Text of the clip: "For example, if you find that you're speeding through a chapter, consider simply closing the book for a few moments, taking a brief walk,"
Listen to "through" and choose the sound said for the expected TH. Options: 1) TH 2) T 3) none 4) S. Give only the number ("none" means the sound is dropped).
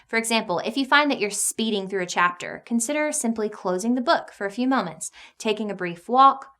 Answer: 1